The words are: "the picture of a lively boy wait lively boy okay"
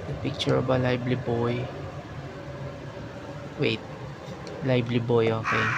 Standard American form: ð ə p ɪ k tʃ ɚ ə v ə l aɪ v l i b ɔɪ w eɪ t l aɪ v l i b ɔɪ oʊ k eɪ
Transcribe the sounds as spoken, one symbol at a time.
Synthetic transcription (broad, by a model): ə p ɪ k tʃ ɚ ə b ə l aɪ b l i b ɔɪ w eɪ t l aɪ b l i b ɔɪ oʊ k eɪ